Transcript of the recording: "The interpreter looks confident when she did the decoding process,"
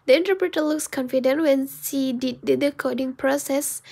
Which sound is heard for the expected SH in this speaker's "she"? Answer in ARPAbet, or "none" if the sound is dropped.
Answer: S